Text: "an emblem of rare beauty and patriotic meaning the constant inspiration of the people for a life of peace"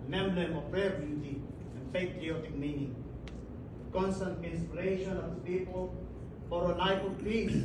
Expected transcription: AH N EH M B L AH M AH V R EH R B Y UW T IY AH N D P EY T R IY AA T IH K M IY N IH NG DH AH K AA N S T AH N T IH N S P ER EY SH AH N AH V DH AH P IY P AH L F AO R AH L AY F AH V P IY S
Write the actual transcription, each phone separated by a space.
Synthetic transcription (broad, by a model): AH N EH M L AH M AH P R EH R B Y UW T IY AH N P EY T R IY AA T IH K M IY N IH NG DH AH K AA N S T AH N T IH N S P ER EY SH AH N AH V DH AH P IY P AH L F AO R AH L AY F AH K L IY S